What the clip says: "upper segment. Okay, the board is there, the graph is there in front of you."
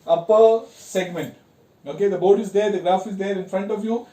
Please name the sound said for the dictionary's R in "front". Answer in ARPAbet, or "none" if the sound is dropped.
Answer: R